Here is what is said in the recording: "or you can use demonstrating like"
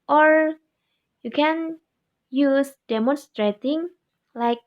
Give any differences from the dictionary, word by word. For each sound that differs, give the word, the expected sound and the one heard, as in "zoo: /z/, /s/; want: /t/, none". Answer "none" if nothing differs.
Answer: none